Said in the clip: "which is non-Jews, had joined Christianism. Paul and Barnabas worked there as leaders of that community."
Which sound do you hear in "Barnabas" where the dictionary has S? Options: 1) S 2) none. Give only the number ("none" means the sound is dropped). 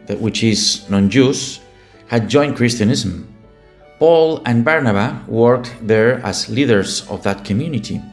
2